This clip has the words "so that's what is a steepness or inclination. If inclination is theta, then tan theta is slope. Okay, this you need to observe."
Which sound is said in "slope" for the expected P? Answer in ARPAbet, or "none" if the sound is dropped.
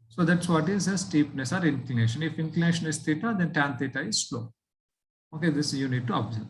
none